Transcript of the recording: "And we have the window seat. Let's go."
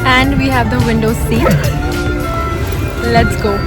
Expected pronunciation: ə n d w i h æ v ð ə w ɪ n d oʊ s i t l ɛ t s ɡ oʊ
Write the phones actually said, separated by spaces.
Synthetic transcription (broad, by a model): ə n d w i h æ v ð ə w ɪ n d oʊ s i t l ɛ t s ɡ oʊ